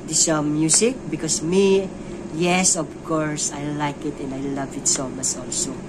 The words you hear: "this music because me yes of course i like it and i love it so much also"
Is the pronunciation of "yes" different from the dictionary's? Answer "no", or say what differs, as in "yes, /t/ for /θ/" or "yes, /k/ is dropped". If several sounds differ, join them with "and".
no